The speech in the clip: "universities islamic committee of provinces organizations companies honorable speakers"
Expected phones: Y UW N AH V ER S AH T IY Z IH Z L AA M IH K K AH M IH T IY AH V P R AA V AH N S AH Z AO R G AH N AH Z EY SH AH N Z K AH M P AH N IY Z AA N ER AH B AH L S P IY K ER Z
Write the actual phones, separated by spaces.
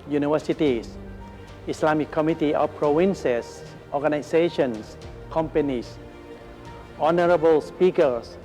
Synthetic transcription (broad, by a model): Y UW N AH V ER S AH T IY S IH S L AA M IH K K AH M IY T IY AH P R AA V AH N S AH S AO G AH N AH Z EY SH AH N S K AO M P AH N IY S AA N ER AH B AH L S P IY K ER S